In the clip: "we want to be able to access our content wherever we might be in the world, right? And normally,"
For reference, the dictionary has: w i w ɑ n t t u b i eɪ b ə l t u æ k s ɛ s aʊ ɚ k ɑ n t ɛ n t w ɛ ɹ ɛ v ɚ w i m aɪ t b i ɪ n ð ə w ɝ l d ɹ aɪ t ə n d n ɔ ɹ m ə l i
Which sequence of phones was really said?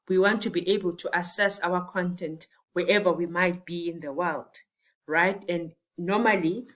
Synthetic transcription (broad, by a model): w i w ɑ n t t u b i eɪ b ə l t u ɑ s ɛ s aʊ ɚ k ɑ n t ɛ n t w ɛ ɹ ɛ v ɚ w i m aɪ t b i ɪ n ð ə w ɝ l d ɹ aɪ t ə n d n ɔ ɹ m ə l i